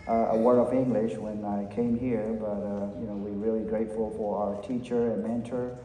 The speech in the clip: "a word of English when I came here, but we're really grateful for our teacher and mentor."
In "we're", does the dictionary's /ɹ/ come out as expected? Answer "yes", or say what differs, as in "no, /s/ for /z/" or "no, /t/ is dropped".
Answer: no, /w/ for /ɹ/